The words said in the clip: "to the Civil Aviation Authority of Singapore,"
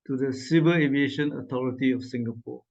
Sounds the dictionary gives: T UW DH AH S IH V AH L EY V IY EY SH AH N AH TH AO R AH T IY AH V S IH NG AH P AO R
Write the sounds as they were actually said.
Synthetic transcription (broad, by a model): T UW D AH S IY B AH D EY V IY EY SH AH N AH T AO R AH T IY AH F S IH NG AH P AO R